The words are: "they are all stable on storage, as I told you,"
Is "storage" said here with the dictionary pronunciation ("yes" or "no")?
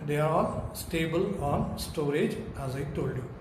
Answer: yes